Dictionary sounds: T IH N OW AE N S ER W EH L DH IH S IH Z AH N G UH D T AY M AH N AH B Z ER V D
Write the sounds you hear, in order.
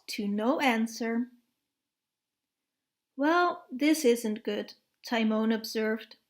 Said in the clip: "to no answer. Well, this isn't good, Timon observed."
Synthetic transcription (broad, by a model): T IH N OW AE N S ER W EH L DH IH S IH Z AH N G UH D T AY M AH N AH B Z ER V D